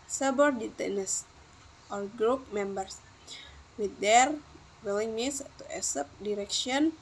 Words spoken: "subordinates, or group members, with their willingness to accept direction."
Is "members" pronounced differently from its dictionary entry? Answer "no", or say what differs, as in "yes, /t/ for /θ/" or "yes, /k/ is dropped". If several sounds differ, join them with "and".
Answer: yes, /s/ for /z/